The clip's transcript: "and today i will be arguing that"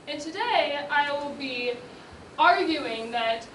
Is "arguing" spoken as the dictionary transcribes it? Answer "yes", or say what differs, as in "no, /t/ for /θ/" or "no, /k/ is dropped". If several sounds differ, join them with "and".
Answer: yes